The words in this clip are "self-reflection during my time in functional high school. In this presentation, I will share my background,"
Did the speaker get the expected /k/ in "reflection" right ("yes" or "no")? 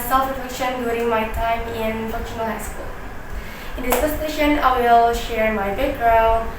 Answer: no